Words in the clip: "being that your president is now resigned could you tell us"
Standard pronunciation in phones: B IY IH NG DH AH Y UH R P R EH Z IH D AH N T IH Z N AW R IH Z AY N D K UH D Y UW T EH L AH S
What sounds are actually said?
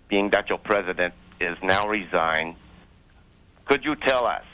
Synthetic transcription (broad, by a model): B IY IH NG DH AH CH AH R P R EH Z IH D AH N T IH Z N AW R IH Z AY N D K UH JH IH T EH L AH S